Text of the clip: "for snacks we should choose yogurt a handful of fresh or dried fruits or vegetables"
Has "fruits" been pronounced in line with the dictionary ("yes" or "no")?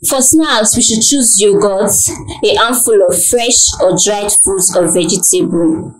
no